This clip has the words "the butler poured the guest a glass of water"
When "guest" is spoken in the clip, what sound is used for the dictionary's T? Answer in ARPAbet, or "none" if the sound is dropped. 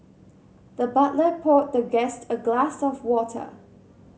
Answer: T